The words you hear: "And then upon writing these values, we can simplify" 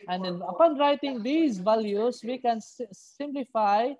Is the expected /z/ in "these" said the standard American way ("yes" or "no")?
no